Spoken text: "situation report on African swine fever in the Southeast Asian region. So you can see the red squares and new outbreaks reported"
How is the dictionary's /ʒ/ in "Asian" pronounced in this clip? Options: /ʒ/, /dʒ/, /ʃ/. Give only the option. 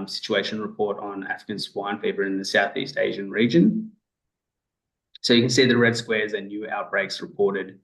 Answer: /ʒ/